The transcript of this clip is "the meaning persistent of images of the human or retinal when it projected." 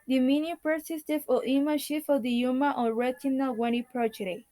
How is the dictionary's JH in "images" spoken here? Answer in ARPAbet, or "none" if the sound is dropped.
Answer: SH